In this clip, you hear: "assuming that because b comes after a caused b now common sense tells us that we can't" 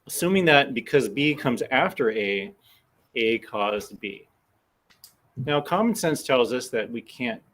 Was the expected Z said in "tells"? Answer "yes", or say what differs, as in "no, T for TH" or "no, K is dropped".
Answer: yes